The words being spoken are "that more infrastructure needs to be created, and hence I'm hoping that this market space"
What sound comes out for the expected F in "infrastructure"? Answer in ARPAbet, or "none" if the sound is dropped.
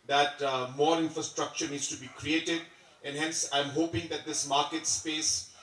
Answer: F